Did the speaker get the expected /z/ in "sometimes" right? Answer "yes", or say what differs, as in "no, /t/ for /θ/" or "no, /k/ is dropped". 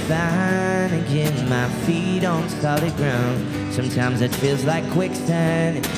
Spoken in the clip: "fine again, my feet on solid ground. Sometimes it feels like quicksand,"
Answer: yes